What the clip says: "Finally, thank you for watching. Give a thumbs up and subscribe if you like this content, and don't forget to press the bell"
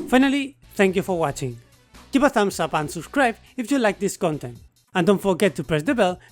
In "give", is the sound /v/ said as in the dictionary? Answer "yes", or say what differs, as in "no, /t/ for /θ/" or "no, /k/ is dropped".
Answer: no, /p/ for /v/